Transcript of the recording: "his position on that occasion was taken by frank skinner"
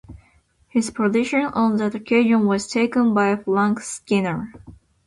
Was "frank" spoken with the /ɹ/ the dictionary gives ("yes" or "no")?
no